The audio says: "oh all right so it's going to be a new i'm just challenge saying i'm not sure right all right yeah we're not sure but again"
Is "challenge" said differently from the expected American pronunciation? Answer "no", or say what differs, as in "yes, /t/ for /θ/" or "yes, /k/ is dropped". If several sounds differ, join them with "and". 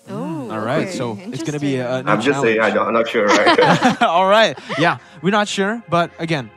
yes, /l/ is dropped